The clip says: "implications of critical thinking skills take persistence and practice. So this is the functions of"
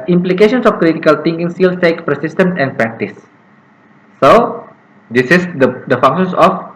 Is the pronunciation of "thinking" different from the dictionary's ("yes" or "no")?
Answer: yes